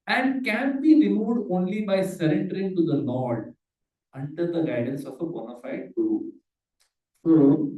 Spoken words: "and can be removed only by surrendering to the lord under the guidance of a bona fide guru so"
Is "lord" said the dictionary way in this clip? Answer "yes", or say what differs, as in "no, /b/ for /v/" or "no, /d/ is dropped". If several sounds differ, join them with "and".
no, /n/ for /l/